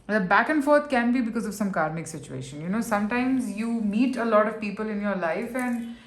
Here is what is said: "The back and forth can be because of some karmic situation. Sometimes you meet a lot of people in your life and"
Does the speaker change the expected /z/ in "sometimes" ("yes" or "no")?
no